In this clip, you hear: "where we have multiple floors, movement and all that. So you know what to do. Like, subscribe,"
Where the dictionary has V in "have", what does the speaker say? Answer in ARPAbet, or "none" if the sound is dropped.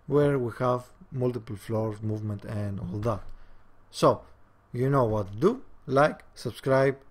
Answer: V